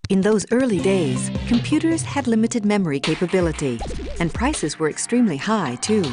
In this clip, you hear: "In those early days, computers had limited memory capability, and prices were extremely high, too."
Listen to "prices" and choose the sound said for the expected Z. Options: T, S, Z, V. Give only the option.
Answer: Z